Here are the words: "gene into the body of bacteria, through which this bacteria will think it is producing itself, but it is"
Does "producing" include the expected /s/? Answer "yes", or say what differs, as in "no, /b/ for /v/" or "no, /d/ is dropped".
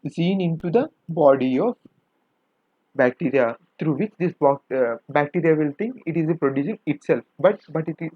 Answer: no, /ʃ/ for /s/